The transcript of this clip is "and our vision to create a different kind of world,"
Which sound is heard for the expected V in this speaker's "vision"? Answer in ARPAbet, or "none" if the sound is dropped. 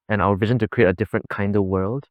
V